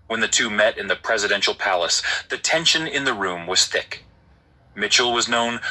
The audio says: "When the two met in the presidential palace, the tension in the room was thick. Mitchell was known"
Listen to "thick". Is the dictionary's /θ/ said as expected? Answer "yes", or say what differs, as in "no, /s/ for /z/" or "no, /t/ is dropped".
yes